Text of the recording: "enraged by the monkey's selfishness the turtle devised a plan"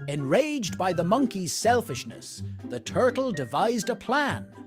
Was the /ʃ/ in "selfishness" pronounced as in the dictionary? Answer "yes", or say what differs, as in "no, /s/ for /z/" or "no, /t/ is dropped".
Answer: yes